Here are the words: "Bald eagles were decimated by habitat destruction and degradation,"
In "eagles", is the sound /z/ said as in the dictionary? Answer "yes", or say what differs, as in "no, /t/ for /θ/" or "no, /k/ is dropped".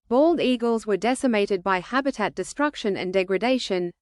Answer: yes